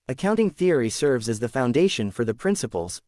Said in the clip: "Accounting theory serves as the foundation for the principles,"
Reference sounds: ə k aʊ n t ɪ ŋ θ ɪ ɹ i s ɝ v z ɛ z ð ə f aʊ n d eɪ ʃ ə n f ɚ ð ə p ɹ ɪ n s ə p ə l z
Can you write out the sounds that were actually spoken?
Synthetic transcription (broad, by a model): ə k aʊ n t ɪ ŋ θ ɪ ɹ i s ɝ v z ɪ z ð ə f aʊ n d eɪ ʃ ə n f ɚ ð ə p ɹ ɪ n s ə p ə l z